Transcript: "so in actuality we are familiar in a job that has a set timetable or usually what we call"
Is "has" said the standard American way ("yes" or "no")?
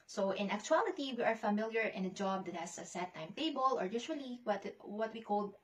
no